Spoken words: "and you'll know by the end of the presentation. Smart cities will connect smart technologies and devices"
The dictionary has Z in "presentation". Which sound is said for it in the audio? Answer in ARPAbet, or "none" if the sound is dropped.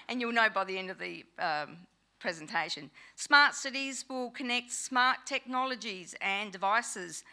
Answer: Z